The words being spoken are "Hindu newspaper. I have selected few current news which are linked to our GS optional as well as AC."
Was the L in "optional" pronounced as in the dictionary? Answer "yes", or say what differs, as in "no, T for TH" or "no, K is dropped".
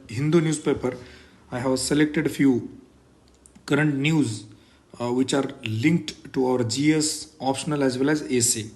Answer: yes